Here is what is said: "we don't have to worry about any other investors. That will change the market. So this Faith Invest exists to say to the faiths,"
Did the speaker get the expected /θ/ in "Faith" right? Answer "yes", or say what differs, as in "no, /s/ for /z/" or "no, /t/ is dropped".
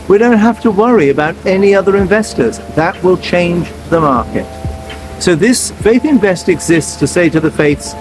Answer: yes